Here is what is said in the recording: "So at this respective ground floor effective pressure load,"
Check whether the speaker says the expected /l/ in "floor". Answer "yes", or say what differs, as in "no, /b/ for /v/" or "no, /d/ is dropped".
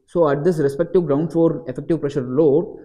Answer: no, /l/ is dropped